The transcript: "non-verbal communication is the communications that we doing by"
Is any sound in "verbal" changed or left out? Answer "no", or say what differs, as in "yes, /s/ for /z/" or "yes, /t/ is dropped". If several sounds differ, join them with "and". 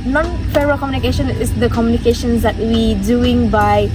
yes, /f/ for /v/ and /b/ is dropped